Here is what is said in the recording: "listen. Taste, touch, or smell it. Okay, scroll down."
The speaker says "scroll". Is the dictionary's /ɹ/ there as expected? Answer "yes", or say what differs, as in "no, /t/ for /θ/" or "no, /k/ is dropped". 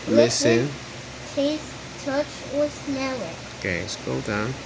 no, /ɹ/ is dropped